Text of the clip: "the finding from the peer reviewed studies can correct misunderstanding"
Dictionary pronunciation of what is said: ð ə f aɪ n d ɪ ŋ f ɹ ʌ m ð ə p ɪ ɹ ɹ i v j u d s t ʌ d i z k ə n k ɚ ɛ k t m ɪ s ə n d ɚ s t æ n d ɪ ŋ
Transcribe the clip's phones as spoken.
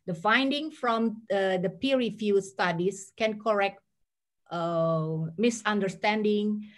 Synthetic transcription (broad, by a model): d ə f aɪ n d ɪ ŋ f ɹ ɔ m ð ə p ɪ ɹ ɹ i f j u s t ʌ d i s k ə n k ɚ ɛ k t m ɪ s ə n d ɚ s t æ n d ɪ ŋ